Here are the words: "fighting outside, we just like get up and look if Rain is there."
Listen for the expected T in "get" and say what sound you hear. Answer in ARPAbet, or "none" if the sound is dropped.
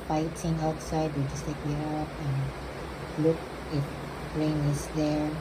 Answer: none